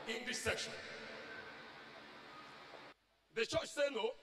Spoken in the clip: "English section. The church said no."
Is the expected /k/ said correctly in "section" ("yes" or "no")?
yes